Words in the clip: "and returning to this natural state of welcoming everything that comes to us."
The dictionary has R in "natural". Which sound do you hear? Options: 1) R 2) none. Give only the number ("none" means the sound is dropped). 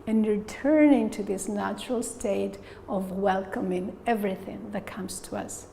1